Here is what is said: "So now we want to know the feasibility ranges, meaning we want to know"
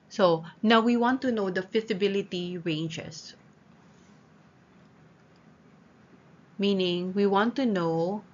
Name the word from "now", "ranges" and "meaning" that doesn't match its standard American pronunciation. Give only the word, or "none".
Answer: ranges